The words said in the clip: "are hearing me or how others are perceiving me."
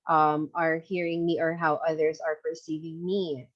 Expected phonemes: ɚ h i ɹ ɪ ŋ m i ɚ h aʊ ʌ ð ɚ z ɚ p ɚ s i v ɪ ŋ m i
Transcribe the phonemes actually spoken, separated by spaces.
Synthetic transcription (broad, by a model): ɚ h i ɹ ɪ ŋ m i ɚ h aʊ ʌ ð ɚ z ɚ p ɚ s i v ɪ ŋ m i